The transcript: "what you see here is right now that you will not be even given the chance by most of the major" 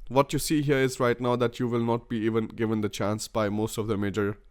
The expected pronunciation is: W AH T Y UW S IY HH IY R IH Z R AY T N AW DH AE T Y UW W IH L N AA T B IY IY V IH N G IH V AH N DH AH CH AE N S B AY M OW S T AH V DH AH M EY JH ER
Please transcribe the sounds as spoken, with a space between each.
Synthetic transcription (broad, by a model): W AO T Y UW S IY HH IY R IH Z R AY T N AW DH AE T Y UW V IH L N AA T B IY IY V IH N G IH V AH N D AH CH AE N S B AY M OW S T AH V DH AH M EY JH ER